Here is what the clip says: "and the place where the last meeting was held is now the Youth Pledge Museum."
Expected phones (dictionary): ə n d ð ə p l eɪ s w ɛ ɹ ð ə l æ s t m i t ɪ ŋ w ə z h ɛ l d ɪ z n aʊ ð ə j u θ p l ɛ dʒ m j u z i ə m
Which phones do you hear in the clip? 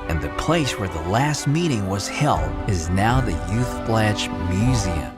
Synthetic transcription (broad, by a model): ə n ð ə p l eɪ s w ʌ ɹ ð ə l æ s t m i t ɪ ŋ w ə z h ɛ l d ɪ z n aʊ ð ə j u θ b l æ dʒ m j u z i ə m